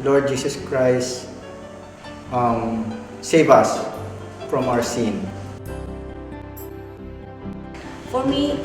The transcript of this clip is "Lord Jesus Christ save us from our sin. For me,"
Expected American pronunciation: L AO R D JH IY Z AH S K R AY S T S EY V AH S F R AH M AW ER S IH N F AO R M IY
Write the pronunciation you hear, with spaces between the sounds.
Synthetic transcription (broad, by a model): L AO R D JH IY S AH S K R AY S T S EY V AH S F R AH M AW ER S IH N F AO R M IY